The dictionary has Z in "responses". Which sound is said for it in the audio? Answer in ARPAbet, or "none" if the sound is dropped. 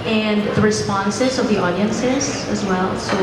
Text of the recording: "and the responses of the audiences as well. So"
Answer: Z